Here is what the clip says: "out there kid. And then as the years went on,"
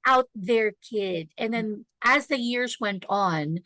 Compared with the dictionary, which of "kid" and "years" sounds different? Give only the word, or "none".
none